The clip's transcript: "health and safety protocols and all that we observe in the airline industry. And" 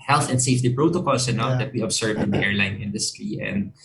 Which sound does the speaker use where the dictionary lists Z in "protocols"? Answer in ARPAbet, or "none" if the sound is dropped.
S